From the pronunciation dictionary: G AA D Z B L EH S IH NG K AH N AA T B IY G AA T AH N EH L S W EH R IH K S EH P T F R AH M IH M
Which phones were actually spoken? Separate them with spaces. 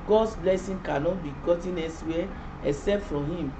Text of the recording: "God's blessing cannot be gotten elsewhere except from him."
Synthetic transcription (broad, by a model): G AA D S B L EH S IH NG K AH N AA T B IY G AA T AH N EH S W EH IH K S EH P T F R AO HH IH M